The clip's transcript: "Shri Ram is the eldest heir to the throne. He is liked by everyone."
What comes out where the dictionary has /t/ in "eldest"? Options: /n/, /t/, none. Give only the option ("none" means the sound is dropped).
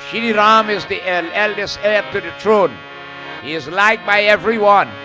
/t/